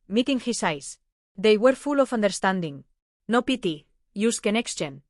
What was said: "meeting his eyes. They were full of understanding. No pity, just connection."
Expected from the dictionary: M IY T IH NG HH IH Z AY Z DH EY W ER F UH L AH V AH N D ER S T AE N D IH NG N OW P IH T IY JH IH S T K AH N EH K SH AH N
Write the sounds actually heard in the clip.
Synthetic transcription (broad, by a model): M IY T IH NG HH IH S AY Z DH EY W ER F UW L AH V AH N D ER S T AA N D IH NG N OW P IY T IY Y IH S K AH N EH K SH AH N